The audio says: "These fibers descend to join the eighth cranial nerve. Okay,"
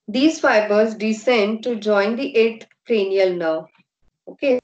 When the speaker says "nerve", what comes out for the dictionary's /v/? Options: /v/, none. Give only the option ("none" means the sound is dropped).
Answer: none